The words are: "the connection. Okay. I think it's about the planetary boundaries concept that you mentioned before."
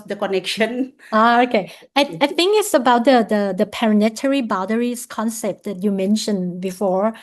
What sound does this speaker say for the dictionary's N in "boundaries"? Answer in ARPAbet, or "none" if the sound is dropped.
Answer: none